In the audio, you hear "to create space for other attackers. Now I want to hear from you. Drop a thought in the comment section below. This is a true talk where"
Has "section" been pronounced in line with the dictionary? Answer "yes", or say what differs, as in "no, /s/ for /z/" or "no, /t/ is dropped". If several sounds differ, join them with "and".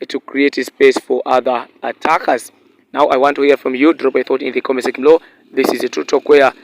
no, /ʃ/ is dropped